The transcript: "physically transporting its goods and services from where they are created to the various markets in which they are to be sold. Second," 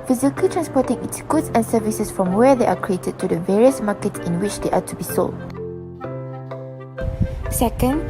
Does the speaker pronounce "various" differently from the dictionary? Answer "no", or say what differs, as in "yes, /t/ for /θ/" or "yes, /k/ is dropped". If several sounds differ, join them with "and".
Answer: no